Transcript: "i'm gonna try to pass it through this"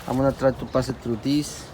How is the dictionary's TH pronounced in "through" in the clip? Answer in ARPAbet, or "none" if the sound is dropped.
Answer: T